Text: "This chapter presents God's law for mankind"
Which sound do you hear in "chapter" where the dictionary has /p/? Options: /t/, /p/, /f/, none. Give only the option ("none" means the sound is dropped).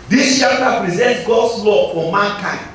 none